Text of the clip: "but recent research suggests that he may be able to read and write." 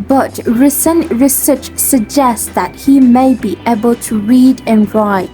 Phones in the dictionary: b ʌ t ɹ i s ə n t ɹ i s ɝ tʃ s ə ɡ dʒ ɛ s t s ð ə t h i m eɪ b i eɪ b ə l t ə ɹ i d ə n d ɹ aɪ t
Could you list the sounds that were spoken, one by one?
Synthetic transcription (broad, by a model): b ʌ t ɹ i s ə n t ɹ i s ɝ tʃ s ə ɡ dʒ ɛ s s ð ə t h i m eɪ b i eɪ b ə l t ə ɹ i d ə n ɹ aɪ t